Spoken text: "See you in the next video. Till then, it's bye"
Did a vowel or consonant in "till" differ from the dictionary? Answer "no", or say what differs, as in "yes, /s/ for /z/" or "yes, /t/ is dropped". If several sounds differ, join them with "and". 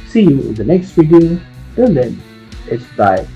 yes, /n/ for /l/